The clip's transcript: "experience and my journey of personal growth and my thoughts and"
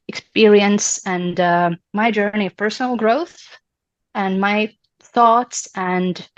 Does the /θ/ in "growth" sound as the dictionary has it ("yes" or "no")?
yes